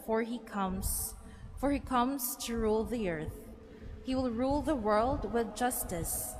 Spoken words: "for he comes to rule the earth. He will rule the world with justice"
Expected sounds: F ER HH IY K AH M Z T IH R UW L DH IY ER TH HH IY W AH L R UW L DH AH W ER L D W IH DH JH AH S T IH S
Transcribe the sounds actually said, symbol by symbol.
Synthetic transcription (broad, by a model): F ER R IY K AH M Z T IH R UW L DH IY ER TH HH IY W AH L R UW L DH AH W ER L D W IH DH JH AH S T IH S